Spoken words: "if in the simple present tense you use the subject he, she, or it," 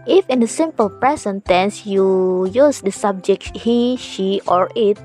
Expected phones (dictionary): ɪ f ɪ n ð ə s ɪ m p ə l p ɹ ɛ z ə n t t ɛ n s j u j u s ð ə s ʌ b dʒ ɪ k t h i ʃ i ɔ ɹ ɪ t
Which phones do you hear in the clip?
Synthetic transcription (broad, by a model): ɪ f ɪ n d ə s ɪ m p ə l p ɹ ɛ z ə n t t ɛ n s j u j u s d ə s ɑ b dʒ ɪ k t h i ʃ i ɔ ɹ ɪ t